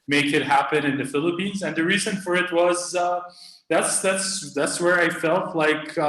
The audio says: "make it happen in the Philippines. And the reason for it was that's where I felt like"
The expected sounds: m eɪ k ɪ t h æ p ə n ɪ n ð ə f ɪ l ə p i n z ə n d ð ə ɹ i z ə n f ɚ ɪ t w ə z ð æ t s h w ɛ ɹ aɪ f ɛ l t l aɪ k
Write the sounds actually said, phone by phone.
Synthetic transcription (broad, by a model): m eɪ k ɪ t h æ p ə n ɪ n ð ə f ɪ l ə p i n z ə n ð ə ɹ i z ə n f ɚ ɪ t w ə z ð æ t s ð w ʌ ɹ aɪ f ɛ l t l aɪ k